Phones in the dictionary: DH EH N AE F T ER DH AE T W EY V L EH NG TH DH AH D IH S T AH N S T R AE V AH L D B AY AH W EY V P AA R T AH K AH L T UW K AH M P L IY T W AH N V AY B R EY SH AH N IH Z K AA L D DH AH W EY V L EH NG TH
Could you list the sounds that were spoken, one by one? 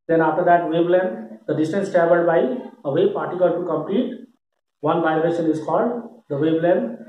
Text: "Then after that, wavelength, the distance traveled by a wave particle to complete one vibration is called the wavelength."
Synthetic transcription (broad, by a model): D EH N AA F T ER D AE T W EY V L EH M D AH D IH S T AH N S T R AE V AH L D B AY AH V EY P AA R T AH K AH L T UW K AH M P L IY T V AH N V AY B R EY SH AH N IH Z K AA L D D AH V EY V L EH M